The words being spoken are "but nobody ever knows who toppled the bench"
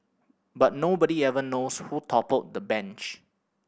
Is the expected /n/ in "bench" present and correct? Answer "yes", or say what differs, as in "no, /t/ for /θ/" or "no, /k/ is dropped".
yes